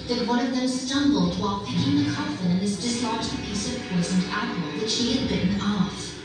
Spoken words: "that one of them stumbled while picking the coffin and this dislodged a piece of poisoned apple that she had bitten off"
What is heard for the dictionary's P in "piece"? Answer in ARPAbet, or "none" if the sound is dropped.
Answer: P